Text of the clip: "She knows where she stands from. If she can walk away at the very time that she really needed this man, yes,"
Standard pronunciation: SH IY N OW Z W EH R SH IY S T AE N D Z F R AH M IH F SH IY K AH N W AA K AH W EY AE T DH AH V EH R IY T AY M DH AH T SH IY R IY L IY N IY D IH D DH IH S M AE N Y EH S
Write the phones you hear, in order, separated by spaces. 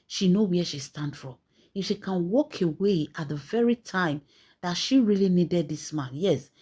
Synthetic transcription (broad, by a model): SH IY N OW W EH SH IY S T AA N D F R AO M IH F SH IY K AH N W AA K AH W EY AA T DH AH V EH R IY T AY M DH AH T SH IY R IY L IY N IY D IH D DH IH S M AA N Y EH S